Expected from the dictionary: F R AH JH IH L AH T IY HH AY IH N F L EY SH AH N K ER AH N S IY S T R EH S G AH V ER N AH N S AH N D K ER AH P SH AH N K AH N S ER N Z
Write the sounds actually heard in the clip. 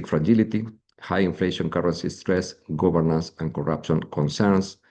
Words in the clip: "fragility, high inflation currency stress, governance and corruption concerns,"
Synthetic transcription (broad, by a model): F R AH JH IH L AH T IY HH AY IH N F L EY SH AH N K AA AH N S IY S T R EH S G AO B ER N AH N S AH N K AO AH P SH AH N K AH N S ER N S